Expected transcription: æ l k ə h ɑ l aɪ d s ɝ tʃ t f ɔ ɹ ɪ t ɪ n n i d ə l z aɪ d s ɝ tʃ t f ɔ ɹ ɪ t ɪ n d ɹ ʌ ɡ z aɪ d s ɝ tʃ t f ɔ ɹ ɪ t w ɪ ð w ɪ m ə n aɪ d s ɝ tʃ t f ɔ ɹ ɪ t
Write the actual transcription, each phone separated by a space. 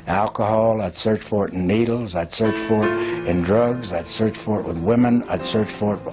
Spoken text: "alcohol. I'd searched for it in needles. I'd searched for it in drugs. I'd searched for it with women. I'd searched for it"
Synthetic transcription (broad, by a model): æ l k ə h ɑ l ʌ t s ɝ tʃ f ɔ ɹ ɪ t n n i d l z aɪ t s ɝ tʃ f ɔ ɹ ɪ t ɪ n d ɹ ʌ ɡ z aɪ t s ɝ tʃ f ɔ ɹ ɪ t w ɪ ð w ɪ m ə n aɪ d s ɝ tʃ f ɔ ɹ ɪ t